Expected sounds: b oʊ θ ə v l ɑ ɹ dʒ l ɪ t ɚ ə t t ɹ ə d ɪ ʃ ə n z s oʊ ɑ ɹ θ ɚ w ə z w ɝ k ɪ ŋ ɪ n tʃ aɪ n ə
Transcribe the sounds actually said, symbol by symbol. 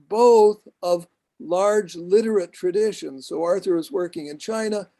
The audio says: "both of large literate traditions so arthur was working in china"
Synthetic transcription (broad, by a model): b oʊ θ ə v l ɑ ɹ dʒ l ɪ t ɚ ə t t ɹ ə d ɪ ʃ ə n z s oʊ ɑ ɹ θ ɚ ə z w ɝ k ɪ ŋ ɪ n tʃ aɪ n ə